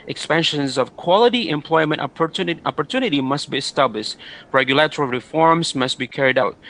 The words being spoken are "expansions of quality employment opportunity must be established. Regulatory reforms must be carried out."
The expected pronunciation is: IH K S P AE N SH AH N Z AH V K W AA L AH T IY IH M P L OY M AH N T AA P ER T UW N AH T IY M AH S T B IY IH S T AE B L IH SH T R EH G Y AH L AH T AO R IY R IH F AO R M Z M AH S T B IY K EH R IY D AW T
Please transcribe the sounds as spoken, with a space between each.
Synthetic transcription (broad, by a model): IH K S P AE N SH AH N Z AH V K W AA L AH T IY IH M P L OY M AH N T AA P ER T UW N AH T IY M AH S T B IY IH S T AE B L IH SH T R EH G Y AH L AH T AO R IY R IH F AO R M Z M AH S T B IY K EH R IY D AW T